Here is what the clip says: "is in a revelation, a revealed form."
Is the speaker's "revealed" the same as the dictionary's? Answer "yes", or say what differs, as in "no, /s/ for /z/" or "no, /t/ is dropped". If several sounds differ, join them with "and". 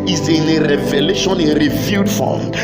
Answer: no, /l/ is dropped